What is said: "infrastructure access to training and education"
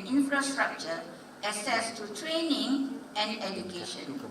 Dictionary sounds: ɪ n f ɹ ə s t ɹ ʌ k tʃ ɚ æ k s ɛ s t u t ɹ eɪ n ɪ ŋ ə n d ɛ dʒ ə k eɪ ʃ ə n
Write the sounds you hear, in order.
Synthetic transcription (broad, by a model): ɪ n f ɹ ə s t ɹ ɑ k tʃ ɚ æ s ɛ s t u t ɹ eɪ n ɪ ŋ ə n d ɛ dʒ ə k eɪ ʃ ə n